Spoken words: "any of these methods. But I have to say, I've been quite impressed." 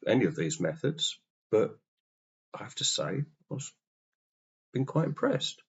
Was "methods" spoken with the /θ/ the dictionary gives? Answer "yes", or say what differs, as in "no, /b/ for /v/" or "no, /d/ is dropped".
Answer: yes